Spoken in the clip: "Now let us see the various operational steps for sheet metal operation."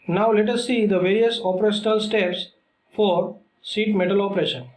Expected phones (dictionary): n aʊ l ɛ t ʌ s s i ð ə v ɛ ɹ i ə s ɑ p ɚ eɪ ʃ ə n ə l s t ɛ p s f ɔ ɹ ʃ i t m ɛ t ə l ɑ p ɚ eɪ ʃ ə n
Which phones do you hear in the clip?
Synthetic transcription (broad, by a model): n aʊ l ɛ t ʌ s s i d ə v ɛ ɹ i ə s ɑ p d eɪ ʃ ə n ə l s t ɛ p s f ɔ ɹ s i t m ɛ t ə l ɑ p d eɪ ʃ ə n